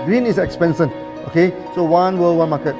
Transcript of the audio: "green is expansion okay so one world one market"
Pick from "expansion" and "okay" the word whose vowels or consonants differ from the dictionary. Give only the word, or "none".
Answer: expansion